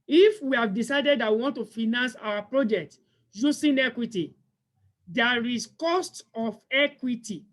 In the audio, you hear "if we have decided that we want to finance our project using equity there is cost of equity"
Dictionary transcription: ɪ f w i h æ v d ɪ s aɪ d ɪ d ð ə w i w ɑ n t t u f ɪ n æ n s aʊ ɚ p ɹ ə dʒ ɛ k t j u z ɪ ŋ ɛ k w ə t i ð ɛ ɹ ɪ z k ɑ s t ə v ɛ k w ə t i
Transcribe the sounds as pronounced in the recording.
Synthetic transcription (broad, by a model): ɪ f w i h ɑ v d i s aɪ d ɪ d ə w i w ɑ n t t u f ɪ n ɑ n s aʊ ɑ p ɹ ə dʒ ɛ k t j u s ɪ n ɛ k w ə t i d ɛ ɹ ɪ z k ɑ s t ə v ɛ k w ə t i